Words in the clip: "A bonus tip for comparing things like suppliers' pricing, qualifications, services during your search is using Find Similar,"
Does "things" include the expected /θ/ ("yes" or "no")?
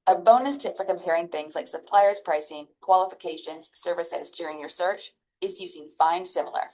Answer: yes